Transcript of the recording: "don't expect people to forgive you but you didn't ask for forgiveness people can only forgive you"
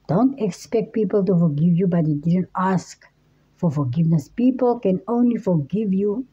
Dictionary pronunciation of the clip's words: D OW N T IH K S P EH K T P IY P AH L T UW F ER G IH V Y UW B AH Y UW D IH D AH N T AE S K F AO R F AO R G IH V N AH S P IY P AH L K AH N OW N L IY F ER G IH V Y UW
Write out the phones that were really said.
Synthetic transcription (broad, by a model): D OW N T IH K S P EH K T P IY P AH L T UW F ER G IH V Y UW B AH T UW D IH D AH N T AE S K F AO R F AO R G IH V N AH S P IY P AH L K AH N OW N L IY F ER G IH V Y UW